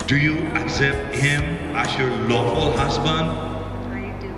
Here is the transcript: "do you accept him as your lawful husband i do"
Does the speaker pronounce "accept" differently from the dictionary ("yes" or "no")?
no